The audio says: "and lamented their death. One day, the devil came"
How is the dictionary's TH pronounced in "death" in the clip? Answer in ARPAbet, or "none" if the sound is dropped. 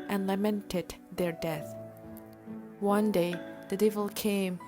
TH